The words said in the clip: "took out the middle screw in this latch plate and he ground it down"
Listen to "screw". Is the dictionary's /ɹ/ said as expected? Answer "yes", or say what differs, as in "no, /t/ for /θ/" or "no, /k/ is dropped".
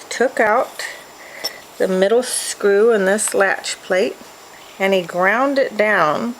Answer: yes